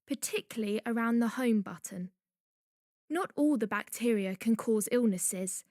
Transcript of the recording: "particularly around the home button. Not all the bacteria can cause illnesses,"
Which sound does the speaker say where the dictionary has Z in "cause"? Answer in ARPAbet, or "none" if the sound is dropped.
Z